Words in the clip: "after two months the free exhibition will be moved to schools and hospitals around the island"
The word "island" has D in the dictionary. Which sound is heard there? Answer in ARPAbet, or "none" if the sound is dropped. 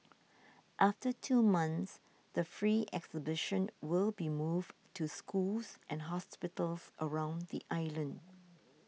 D